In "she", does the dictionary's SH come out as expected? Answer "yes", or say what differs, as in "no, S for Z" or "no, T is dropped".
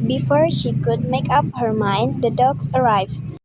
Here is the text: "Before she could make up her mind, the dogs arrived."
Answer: yes